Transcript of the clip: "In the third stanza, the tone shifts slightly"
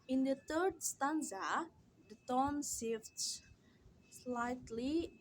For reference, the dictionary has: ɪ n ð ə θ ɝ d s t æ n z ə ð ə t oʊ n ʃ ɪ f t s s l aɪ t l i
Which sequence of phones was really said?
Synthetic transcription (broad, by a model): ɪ n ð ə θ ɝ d s t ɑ n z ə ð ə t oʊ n s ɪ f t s s l aɪ t l i